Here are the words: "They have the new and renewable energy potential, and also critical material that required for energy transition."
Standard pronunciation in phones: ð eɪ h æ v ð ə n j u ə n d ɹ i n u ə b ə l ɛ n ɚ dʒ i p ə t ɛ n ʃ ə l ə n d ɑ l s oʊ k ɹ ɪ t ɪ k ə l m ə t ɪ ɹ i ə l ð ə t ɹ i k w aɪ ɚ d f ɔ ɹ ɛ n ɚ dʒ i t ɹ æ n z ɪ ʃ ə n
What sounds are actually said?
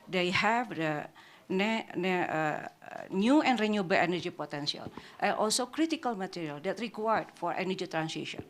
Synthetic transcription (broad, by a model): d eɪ h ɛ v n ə n j u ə n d ɹ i n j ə b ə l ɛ n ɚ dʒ i p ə t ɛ n s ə l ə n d ɑ l s oʊ k ɹ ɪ t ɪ k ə l m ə t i ɹ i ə l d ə t ɹ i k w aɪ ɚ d f ɔ ɹ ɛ n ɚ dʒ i t ɹ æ n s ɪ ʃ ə n